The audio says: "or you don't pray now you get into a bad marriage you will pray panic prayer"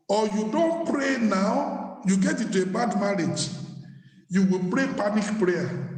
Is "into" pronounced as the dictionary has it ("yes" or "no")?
no